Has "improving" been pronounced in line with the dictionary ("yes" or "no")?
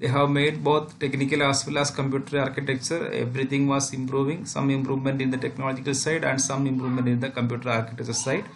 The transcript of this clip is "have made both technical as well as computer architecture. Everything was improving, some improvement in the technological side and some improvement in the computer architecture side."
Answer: yes